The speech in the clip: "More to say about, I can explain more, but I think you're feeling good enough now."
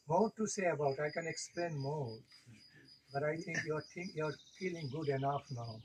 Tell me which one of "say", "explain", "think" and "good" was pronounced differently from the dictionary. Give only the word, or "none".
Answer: think